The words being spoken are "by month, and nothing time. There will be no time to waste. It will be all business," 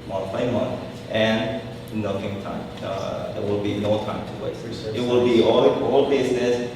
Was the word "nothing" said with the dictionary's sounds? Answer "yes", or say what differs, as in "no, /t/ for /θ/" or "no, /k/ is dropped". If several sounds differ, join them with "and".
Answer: no, /f/ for /θ/